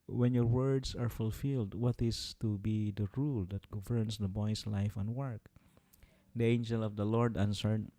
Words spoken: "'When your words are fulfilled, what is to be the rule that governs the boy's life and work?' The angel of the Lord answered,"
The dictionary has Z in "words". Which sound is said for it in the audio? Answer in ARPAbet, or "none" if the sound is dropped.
S